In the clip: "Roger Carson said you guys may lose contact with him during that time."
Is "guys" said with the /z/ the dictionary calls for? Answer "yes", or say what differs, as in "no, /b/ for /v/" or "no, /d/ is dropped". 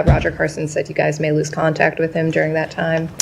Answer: yes